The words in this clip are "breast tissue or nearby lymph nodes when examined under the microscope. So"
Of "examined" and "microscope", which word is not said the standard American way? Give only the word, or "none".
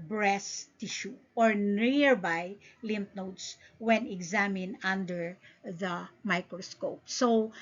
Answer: examined